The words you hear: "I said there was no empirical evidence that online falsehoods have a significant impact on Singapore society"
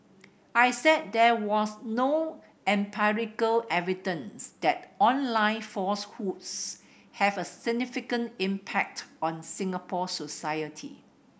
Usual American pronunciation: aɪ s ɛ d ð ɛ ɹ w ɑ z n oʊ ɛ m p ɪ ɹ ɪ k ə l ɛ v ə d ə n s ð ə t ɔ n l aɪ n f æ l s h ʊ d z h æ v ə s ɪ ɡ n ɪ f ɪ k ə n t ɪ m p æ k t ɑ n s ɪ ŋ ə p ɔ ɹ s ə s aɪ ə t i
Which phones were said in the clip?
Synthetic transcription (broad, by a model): aɪ s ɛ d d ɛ w ɑ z n oʊ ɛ m p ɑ ɹ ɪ k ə l ɛ v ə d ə n s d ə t ɔ n l aɪ n f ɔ s h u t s h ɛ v ə s ɪ ɡ n ɪ f ɪ k ə n t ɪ m p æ k t ɑ n s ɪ ŋ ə p ɔ s ə s aɪ ə t i